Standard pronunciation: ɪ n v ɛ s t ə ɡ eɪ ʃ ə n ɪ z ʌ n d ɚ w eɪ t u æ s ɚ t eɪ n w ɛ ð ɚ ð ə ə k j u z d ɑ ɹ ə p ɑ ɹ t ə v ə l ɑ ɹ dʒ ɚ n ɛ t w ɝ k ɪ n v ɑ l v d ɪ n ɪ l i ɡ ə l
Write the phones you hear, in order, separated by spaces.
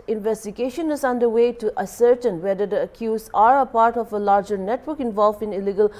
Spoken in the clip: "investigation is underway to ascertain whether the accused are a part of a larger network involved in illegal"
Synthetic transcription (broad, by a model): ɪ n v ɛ s t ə ɡ eɪ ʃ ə n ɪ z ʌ n d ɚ w eɪ t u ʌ s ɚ t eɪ n w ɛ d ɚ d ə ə k j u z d ɑ ɹ ə p ɑ ɹ t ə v ə l ɑ ɹ dʒ ɚ n ɛ t w ɝ k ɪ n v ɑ l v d ɪ n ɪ l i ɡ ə l